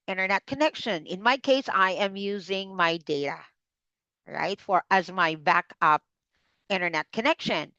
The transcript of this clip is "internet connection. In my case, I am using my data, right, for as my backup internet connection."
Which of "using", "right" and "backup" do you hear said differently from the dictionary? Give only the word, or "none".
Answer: none